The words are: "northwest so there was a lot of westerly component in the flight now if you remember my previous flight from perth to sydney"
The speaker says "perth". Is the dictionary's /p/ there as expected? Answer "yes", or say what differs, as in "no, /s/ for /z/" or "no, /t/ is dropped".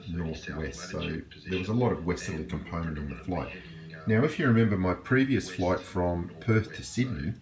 yes